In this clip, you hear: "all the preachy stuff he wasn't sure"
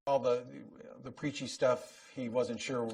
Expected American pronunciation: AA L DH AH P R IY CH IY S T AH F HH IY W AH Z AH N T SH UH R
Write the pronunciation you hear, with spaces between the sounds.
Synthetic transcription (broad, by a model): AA L DH AH P R IY CH IY S T AH F HH IY W AH Z AH N T SH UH R